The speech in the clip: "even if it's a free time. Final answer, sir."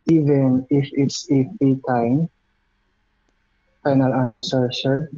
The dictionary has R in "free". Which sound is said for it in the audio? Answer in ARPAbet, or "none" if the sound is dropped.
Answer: none